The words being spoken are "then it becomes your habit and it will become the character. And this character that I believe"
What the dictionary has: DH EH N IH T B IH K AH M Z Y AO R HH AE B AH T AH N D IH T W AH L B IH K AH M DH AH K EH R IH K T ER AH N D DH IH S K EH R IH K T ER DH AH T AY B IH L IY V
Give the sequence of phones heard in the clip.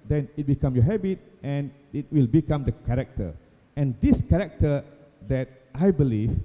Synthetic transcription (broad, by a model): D EH N IH T B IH K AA M Y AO HH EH B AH T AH N IH T W AH L B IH K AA M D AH K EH R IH K T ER AH N D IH S K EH R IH K T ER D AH T AY B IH L IY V